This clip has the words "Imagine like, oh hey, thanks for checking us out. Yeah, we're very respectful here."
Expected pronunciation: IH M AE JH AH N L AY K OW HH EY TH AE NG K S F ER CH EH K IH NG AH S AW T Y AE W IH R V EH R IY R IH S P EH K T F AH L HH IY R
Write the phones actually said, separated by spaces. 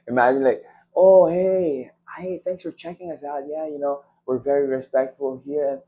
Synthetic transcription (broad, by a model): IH M AE JH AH N L AY K OW HH EY TH AE NG K S F ER CH EH K IH NG AH S AW T Y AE W IH R V EH R IY R IH S P EH K T F AH L HH IY R